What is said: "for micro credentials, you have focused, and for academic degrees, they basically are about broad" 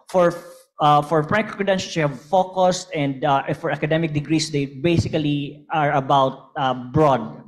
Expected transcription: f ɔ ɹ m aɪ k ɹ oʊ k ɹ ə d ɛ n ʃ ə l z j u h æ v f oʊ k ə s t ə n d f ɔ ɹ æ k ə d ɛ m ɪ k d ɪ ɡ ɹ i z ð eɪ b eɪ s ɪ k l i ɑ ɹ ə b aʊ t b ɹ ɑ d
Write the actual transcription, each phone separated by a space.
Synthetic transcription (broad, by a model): f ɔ ɹ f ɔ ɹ ɹ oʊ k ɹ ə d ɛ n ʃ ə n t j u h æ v f oʊ k ə s t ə n d f ɔ ɹ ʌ k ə d ɛ m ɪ k d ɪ ɡ ɹ i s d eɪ b eɪ s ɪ k l i ɑ ɹ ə b aʊ t b ɹ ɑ d